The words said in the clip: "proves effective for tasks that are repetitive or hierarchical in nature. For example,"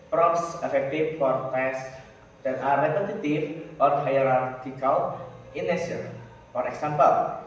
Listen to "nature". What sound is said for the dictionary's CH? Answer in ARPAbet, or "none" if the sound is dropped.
S